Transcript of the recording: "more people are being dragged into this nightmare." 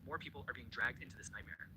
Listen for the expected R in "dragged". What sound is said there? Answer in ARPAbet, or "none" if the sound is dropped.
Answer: R